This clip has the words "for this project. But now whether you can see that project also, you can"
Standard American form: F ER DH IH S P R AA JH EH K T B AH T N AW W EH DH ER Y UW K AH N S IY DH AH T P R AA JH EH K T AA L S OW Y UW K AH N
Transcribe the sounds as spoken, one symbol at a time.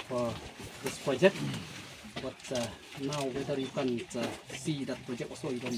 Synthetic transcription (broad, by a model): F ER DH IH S P R AA JH EH K T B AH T N AW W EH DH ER Y UW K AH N S IY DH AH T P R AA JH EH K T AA S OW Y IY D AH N